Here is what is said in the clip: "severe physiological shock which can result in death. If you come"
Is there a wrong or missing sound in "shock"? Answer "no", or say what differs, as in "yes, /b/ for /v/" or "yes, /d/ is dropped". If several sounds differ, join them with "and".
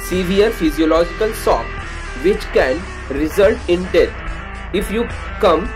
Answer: yes, /s/ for /ʃ/